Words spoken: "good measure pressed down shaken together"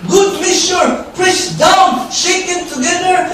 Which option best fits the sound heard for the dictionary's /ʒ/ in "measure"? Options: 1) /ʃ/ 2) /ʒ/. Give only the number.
1